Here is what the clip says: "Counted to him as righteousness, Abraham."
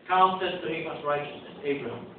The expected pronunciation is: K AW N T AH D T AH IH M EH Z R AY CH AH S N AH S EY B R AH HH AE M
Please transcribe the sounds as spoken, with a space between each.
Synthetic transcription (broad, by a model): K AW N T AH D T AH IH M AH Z R AY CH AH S AH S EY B R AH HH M